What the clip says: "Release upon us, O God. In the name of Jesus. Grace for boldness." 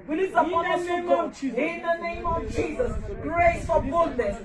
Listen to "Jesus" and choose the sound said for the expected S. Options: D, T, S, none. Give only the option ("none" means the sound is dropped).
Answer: S